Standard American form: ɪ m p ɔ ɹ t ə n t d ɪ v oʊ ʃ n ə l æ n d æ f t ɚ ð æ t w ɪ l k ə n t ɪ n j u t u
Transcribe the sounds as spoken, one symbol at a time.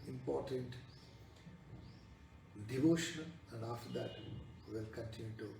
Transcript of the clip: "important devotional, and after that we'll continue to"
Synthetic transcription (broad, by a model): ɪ m p ɔ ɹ t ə n t d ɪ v oʊ ʃ ə n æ n d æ f t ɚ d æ t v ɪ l k ə n t ɪ n j u t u